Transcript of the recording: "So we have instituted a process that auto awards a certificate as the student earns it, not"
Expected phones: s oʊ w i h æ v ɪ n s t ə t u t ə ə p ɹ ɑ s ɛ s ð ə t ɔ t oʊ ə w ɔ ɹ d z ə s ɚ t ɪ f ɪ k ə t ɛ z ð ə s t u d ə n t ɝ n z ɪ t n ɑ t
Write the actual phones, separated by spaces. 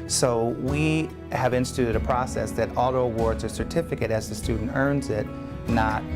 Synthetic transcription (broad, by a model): s oʊ w i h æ v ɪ n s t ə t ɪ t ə ə p ɹ ɑ s ɛ s ð ə t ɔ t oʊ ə w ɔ ɹ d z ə s ɚ t ɪ f ɪ k ə t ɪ z ð ə s t u d n t ɝ n z ɪ t n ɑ t